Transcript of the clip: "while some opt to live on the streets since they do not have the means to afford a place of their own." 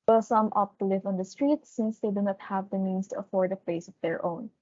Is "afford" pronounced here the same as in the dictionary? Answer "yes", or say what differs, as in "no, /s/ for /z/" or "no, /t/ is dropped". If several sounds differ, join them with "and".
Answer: yes